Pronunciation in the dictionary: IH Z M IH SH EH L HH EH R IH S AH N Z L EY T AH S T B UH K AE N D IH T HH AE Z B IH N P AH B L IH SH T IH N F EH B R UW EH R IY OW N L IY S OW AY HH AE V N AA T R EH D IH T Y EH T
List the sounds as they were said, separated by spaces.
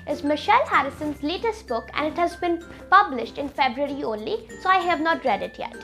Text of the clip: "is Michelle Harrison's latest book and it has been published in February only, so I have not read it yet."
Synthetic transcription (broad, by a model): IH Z M IH SH EH L HH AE R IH S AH N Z L EY T AH S T B UH K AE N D IH T HH AE Z B IH N P AH B L IH SH T IH N F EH B R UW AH R IY OW N L IY S OW AY HH AE V N AA T R EH D IH T Y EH T